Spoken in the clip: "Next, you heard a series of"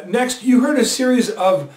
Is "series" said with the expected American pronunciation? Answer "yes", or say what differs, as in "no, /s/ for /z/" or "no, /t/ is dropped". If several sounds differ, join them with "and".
yes